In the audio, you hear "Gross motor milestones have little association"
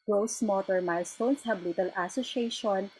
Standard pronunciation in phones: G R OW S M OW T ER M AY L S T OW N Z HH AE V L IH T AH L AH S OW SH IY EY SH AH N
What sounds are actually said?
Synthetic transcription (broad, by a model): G R OW S M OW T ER M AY L S T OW N S HH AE B L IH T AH L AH S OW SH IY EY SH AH N